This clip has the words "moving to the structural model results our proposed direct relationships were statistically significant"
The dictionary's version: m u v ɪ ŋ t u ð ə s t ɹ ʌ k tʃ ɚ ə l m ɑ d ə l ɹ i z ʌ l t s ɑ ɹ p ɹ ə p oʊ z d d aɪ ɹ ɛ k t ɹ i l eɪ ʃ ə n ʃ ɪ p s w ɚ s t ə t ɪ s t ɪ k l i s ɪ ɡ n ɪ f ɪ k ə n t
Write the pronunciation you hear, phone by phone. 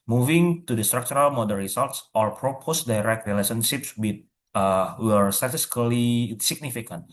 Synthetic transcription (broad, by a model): m u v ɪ ŋ t u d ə s t ɹ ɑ k tʃ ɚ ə l m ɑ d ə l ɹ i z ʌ l t s ɑ ɹ p ɹ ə p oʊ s d aɪ ɹ ɛ k t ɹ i l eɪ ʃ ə n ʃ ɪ p s w ɚ s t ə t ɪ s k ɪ l i s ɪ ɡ n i f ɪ k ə n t